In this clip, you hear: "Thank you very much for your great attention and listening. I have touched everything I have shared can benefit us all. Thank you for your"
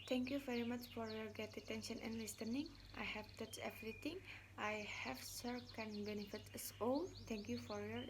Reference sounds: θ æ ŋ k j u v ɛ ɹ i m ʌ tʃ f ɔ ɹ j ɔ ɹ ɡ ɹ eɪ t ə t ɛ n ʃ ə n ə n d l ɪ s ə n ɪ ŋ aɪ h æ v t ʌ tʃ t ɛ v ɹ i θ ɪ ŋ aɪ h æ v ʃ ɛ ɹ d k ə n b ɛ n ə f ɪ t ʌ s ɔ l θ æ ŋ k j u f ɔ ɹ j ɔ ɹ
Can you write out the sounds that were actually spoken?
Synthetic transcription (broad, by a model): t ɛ ŋ k j u v ɛ ɹ i m ʌ tʃ f ɔ ɹ j ɔ ɹ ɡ eɪ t ə t ɛ n ʃ ə n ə n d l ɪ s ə n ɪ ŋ aɪ h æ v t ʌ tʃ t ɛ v ɹ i t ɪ ŋ aɪ h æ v s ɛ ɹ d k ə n b ɛ n ə f ɪ t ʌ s ɔ l t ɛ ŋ k j u f ɔ ɹ j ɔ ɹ